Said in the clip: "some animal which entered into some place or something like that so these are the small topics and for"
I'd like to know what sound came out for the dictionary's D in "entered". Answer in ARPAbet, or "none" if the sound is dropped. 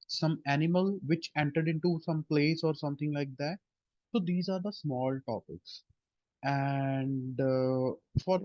D